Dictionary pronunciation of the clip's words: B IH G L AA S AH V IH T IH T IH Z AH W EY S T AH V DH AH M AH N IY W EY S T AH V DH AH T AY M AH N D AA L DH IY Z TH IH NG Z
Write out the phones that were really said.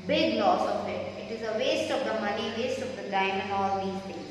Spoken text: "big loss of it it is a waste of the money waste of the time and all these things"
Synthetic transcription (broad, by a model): B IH G L AA S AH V IH T IH T IH Z AH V EY S T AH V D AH M AH N IY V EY S T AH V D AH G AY AH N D AA L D IY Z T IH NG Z